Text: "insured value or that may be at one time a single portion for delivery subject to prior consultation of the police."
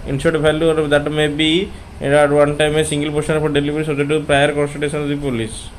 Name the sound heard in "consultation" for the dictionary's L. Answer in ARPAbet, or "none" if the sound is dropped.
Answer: none